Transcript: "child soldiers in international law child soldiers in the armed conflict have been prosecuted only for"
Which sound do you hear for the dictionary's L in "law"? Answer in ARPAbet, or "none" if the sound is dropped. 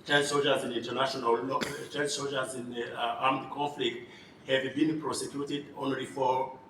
N